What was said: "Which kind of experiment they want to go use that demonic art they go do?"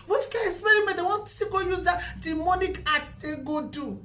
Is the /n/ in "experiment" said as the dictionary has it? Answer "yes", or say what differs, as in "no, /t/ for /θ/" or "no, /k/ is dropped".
no, /n/ is dropped